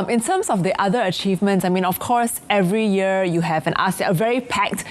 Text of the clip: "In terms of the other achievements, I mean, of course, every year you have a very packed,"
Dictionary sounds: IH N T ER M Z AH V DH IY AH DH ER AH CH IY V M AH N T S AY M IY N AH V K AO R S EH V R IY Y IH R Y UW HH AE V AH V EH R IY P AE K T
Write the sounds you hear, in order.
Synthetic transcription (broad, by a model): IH N T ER M S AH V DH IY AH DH ER AH CH IY V M AH N T S AY M IY N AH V K AO R S EH V R IY Y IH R Y UW HH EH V AH V EH R IY P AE K T